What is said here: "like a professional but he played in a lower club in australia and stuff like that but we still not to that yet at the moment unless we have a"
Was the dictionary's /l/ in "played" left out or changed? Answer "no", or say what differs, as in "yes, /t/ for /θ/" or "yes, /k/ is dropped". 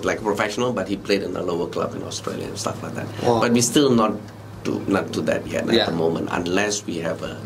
no